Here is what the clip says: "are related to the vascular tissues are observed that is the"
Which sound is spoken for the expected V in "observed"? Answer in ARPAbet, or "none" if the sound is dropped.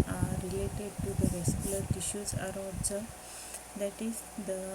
none